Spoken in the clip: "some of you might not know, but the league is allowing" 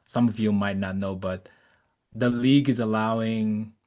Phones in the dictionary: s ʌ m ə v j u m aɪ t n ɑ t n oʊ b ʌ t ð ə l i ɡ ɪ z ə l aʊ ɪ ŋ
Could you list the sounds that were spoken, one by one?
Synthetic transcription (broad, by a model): s ʌ m ə v j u m aɪ t n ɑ t n oʊ b ʌ t ð ə l i ɡ ɪ z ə l aʊ ɪ ŋ